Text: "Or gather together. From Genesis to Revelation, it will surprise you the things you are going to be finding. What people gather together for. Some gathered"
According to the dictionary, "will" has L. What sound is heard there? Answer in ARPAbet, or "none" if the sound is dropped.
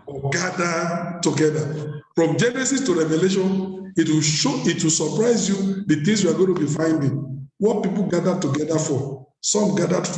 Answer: W